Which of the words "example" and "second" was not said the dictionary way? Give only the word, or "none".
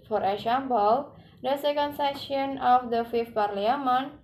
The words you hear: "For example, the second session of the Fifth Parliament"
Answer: example